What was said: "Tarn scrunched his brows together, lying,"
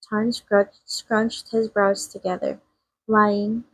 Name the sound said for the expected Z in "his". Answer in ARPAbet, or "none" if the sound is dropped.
Z